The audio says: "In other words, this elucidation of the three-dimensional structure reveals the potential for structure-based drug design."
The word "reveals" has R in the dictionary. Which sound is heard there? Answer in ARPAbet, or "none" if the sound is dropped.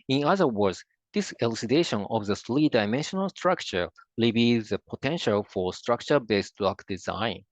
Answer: L